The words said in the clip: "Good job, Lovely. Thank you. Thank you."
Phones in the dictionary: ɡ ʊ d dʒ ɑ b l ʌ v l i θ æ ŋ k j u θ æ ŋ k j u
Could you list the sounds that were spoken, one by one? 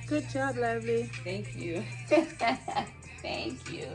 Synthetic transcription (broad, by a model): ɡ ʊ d tʃ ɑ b l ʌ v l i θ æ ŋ k j u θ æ ŋ k j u